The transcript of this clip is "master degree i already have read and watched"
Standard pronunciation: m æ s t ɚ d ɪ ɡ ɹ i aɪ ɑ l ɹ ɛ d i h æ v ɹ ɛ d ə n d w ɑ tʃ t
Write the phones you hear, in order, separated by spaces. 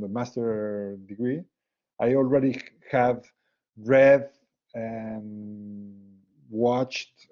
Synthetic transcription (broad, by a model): m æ s t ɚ d ɪ ɡ ɹ i aɪ ɑ l ɹ ɛ d i h æ v ɹ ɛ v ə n w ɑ tʃ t